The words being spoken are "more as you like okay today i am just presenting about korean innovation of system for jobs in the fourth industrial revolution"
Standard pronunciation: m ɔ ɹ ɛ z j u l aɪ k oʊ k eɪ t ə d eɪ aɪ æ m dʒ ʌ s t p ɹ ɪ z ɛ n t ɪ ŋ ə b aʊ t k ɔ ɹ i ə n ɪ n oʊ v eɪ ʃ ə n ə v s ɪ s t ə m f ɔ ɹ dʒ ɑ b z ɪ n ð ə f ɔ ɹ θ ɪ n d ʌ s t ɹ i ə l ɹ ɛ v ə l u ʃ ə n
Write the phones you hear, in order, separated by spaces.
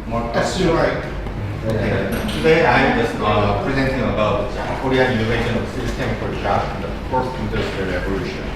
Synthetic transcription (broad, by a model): m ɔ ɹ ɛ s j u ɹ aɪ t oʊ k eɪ t ə d eɪ aɪ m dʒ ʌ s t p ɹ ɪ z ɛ n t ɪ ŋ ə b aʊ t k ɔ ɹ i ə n ɪ n oʊ v eɪ ʃ ə n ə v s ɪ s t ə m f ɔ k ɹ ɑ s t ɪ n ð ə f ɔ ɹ s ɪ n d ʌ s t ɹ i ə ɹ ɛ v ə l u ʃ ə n